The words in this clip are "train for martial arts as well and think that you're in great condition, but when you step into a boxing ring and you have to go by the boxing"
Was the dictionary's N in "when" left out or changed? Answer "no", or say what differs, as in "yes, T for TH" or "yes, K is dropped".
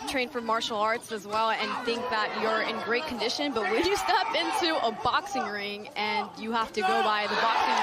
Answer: yes, L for N